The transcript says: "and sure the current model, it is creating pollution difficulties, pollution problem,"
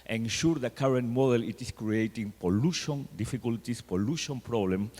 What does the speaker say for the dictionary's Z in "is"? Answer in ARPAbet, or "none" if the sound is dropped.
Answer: S